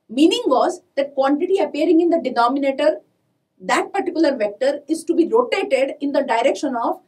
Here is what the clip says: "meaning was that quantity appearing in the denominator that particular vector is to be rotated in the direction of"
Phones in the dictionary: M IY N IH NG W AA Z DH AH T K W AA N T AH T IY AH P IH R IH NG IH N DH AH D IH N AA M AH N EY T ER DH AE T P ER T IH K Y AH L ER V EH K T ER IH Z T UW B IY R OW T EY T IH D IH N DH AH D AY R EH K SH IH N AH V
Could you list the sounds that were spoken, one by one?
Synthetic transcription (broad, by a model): M IY N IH NG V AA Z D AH T K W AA N T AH T IY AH P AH R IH NG IH N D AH D IH N AA M AH N EY T ER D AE T P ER T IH K Y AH L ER V EH K T ER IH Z T UW B IY R OW T EY T IH D IH N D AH D AY R EH K SH IH N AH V